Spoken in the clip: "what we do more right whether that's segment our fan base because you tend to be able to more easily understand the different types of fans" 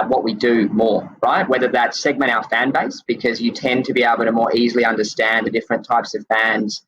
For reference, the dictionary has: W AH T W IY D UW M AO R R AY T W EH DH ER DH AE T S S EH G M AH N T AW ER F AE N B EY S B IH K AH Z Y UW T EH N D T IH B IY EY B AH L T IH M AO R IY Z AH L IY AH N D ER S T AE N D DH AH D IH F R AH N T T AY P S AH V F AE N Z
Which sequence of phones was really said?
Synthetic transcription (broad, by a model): W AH T W IY D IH M AO R R AY T W EH DH ER DH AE T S S EH G M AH T AW ER F AE N B EY S B IH K AH Z Y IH T EH N T IH B IY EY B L T IH M AO R IY Z L IY AH N D ER S T AE N DH AH D IH F R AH N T T AY P S AH V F AE N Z